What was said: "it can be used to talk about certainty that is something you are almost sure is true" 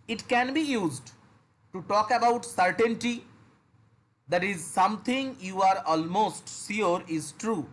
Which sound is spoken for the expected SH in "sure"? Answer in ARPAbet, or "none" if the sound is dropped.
S